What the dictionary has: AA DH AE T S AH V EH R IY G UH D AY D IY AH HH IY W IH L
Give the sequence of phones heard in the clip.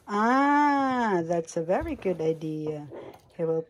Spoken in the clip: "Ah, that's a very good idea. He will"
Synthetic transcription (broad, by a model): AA DH AE T S AH V EH R IY G UH D AY D IY AH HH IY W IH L